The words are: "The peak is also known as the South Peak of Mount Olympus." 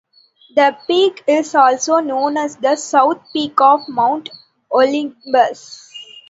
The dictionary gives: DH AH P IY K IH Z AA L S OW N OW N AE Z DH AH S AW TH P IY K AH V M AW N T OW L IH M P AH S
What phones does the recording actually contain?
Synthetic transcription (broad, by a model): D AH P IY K IH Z AA L S OW N OW N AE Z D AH S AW T P IY K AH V M AW N T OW L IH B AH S